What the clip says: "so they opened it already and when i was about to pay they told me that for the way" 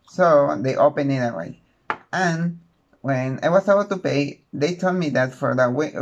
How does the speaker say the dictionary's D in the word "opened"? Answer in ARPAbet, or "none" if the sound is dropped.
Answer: none